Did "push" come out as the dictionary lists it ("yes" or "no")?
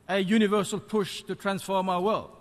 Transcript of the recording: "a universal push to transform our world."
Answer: yes